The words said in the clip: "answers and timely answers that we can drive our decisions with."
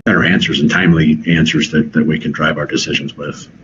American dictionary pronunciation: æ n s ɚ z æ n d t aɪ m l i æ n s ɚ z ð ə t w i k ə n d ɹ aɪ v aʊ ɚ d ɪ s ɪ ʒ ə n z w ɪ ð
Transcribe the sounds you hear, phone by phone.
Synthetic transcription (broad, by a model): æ n s ɚ z n t aɪ m l i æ n s ɚ z ð ə t w i k n d ɹ aɪ v aʊ ɚ d ɪ s ɪ ʒ ə n z w ɪ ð